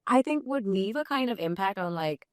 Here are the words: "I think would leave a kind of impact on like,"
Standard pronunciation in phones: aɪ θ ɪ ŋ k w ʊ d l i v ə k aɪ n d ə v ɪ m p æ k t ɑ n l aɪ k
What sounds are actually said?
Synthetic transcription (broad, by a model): aɪ θ ɪ ŋ k w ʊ d n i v ə k aɪ n d ə v ɪ m p æ k t n l aɪ k